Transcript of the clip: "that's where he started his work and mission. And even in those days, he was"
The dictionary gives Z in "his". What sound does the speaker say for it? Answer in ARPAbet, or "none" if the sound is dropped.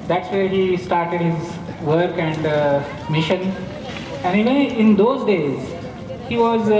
Z